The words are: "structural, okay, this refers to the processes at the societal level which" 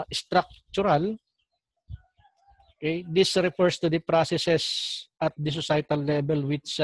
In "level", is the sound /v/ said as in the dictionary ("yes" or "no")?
no